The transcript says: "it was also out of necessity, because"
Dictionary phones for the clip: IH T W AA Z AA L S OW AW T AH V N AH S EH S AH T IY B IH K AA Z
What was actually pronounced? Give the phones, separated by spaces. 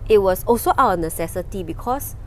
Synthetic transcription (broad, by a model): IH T W AA S AA L S OW T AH W N AH S EH S AH T IY B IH K AA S